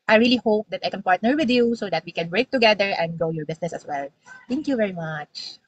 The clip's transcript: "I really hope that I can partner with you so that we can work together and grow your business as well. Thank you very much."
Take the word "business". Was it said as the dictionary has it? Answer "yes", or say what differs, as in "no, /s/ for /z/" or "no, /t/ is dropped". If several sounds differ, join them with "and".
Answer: no, /s/ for /z/